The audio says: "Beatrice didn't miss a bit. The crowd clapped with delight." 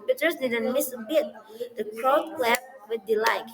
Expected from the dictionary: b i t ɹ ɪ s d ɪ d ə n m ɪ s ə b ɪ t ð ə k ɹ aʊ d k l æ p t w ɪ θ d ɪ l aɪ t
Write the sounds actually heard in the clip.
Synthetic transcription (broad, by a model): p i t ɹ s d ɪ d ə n m ɪ s ə b ɪ t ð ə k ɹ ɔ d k l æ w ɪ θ d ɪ l aɪ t